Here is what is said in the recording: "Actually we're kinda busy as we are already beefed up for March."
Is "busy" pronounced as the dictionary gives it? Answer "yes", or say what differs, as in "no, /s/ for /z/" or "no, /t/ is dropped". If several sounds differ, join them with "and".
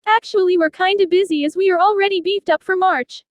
yes